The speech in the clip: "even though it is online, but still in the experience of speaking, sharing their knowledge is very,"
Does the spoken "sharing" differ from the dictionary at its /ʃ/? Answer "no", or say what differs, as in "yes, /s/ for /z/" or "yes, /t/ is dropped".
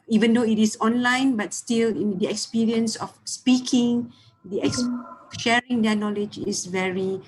no